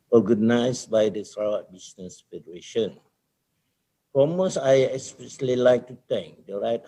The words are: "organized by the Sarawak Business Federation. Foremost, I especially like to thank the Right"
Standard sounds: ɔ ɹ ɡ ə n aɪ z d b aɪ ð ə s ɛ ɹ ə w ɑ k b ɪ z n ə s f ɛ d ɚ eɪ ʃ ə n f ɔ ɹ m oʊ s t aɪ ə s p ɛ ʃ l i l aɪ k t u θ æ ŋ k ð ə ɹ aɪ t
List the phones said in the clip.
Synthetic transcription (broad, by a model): ɔ ɡ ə n aɪ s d b aɪ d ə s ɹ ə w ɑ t b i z n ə s f ɛ d ɚ eɪ ʃ ə n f ɔ m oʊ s aɪ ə s p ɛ s l i l aɪ k t u t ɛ ŋ k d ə ɹ aɪ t